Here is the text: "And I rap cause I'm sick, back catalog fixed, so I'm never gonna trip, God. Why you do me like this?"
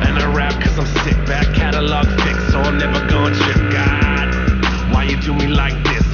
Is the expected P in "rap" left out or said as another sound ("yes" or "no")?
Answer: no